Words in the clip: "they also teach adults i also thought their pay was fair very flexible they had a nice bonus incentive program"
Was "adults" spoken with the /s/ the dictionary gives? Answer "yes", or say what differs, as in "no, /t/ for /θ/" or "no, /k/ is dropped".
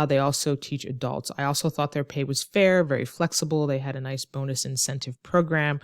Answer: yes